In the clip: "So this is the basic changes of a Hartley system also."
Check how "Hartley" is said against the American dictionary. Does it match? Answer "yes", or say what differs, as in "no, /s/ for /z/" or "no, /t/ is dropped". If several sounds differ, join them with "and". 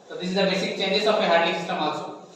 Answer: no, /l/ is dropped